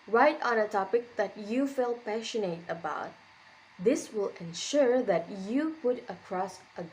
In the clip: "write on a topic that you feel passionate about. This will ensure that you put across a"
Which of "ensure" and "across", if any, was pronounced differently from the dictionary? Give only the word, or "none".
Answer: none